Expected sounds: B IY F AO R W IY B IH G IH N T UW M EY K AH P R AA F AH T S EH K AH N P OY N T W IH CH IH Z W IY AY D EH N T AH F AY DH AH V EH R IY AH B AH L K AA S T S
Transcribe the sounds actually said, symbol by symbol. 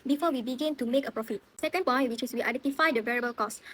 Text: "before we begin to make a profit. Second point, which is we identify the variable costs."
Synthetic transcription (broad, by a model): B IY F AO W IY B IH G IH N T UW M EY K AH P R AA F AH T S EH K AH N P OY N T W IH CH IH S W IY AY D EH N T AH F AY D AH V EH R IY AH B AH L K AA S S